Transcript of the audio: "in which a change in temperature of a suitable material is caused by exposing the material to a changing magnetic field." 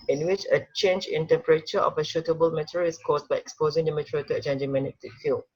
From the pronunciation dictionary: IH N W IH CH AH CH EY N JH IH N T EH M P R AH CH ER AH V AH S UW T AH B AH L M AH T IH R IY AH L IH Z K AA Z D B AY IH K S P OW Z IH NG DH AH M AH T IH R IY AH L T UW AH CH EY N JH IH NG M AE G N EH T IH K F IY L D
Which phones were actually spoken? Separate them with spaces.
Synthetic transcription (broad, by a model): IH N W IH CH AH CH EY N JH IH N T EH M P R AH CH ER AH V AH SH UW T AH B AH L M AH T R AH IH S K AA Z B AY IH K S P OW Z IH NG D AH M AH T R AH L T UW AH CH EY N JH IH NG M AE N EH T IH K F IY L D